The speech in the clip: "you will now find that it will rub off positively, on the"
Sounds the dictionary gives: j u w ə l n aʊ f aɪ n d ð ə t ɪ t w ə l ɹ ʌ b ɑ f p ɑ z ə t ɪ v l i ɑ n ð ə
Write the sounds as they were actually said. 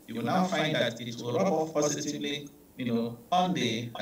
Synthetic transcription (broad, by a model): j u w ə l n aʊ f aɪ n d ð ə t ɪ t w ə l ɹ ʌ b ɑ p p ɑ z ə t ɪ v l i ɑ n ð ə